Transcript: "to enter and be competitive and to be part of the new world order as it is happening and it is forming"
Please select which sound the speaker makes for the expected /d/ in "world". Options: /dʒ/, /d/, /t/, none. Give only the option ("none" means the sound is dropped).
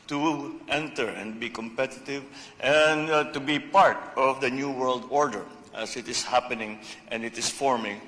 /d/